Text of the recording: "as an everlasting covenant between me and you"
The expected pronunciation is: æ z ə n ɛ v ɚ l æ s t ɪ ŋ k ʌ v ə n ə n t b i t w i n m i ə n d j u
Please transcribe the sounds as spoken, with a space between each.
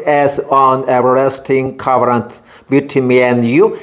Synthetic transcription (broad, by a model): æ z ə n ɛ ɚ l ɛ s t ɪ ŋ k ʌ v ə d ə n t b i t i m i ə n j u